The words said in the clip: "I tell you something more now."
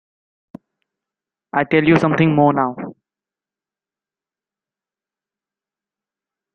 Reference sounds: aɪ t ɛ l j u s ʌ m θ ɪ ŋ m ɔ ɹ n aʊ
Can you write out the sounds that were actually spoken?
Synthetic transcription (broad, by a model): aɪ t ɛ l j u s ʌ m t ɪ ŋ m ɔ n aʊ